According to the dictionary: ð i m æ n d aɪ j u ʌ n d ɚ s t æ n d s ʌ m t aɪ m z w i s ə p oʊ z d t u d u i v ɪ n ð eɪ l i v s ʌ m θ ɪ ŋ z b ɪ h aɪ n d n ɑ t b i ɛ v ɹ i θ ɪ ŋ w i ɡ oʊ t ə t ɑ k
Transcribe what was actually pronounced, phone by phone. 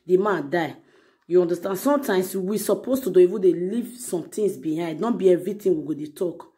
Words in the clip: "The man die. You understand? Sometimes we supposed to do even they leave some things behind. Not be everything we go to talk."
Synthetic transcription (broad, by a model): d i m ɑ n d aɪ j u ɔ n d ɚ s t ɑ n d s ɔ m t aɪ m s w i s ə p oʊ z t u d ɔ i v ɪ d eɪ l i v s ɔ m t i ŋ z b ɪ h aɪ n d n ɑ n b i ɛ v ɹ i t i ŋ w i ɡ oʊ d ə t ɑ k